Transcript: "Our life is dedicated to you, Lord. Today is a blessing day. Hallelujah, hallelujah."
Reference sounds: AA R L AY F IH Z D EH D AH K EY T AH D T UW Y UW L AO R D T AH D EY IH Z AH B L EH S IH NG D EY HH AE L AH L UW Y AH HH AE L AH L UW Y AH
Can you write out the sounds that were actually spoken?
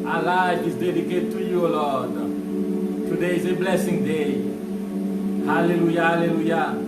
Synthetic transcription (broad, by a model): AA L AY IH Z D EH D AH K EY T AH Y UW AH L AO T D T AH D EY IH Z AH B L EH S IH NG D EY HH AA L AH L UW Y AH HH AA L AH L UW Y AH